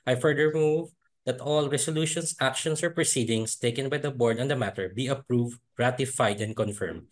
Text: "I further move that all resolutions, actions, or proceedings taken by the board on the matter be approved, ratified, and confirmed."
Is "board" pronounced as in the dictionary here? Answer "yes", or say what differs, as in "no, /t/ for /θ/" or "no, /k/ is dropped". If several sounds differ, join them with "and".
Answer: yes